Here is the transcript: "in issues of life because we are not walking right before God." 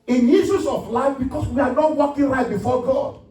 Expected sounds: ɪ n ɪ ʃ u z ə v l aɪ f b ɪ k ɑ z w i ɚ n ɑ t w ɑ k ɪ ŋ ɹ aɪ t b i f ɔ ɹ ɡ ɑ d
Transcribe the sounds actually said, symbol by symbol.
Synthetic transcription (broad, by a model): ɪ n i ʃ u s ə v l aɪ f b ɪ k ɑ s w i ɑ n ɑ t w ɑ k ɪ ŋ ɹ aɪ t b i f ɔ ɡ ɑ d